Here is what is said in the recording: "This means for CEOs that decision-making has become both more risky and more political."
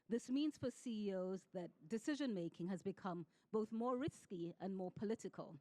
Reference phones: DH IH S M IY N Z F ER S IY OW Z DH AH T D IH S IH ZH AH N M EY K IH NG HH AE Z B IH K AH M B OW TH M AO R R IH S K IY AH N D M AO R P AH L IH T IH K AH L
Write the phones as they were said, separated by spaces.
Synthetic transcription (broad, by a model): DH IH S M IY N Z F ER S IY OW Z DH AH T D IH S IH ZH AH N M EY K IH NG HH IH Z B IH K AH M B OW TH M AO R R IH S K IY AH N M AO R P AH L IH T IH K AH L